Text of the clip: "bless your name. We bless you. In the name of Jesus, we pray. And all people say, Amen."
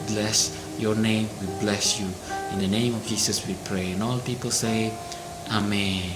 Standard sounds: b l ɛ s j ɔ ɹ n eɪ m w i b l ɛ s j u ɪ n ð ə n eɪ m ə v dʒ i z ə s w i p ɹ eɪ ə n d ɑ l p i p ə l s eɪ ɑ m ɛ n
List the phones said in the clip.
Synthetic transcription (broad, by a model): b l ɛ s j ɔ ɹ n eɪ m w i b l ɛ s j u ɪ n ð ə n eɪ m ə v dʒ i s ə s w i p ɹ eɪ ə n ɑ l p i p ə l s eɪ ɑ m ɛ n